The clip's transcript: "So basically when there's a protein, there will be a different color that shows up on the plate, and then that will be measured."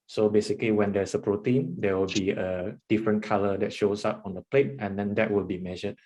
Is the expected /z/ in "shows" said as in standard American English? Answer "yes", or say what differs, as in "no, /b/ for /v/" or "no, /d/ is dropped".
no, /s/ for /z/